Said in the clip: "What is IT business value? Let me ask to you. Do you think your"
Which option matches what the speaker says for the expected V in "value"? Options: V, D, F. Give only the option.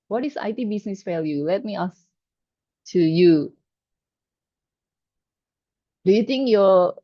F